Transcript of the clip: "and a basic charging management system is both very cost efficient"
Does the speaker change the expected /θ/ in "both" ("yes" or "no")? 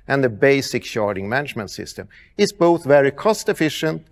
no